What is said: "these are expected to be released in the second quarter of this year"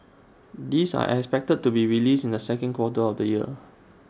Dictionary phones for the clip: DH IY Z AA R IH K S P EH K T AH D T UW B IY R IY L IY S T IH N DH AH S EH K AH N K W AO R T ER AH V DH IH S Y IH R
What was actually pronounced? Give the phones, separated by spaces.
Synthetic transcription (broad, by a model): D IY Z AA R IH K S P EH K T AH D T UW B IY R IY L IY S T IH N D AH S EH K AH N K W AO T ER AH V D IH Y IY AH